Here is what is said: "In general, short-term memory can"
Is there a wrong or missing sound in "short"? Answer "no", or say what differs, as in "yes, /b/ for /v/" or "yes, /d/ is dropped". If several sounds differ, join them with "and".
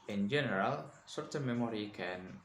yes, /s/ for /ʃ/